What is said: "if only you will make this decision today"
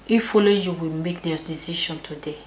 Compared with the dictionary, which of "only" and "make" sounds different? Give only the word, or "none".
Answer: only